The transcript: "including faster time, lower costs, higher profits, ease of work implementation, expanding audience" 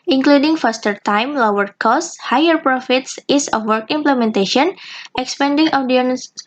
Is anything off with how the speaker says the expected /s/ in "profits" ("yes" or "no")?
no